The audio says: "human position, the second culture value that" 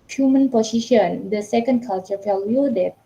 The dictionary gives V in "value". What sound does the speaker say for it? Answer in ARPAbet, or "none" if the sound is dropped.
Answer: F